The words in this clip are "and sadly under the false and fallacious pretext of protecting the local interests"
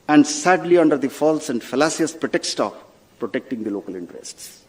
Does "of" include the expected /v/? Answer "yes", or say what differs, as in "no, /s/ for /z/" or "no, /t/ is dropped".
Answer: no, /p/ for /v/